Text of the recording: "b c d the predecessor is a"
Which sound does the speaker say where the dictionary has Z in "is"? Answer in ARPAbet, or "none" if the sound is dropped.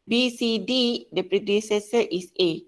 S